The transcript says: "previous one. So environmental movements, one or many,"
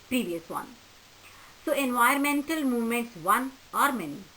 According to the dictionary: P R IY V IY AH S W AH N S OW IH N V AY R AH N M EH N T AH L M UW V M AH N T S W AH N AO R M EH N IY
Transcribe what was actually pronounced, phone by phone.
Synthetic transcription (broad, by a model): P R IY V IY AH S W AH N S OW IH N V AY AH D M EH N T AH L M UW V M AH N T S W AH N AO R M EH N IY